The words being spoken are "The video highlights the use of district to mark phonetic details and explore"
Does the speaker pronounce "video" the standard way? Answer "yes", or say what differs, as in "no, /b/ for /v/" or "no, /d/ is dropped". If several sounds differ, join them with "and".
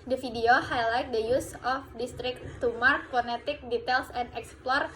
no, /f/ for /v/